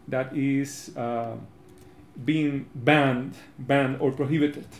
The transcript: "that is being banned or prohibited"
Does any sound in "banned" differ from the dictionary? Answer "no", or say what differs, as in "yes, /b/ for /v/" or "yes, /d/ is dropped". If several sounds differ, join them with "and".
no